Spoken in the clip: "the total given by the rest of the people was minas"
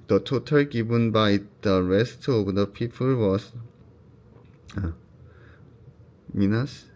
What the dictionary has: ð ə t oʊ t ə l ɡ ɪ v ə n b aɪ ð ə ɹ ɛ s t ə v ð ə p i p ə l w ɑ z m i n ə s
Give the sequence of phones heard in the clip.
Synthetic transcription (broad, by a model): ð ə t oʊ t ə l ɡ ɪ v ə n b aɪ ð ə ɹ ɛ s t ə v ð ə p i f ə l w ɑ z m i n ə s